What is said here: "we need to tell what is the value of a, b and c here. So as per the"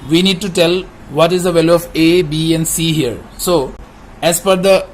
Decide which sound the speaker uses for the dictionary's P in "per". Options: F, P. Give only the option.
F